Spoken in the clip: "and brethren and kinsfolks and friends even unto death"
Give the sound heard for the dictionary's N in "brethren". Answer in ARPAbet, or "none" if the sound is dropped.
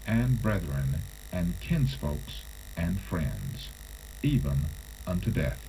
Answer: N